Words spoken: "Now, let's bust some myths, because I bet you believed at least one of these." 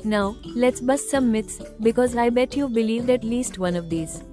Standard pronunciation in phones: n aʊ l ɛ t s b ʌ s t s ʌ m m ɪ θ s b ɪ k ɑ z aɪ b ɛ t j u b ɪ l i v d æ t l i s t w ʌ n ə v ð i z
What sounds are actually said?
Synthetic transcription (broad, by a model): n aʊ l ɛ t s b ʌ s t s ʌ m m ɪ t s b ɪ k ɑ z aɪ b ɛ t j u b ɪ l i v d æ t l i s t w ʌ n ə v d i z